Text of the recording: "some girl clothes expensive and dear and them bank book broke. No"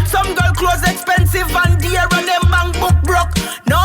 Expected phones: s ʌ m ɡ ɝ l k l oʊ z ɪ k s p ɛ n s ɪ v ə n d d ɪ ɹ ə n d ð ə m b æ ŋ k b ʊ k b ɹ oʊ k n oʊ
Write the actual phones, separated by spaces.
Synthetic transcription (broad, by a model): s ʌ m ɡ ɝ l k l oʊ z ɪ k s p ɛ n s ɪ v ə n d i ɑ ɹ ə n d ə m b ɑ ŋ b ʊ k b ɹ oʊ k n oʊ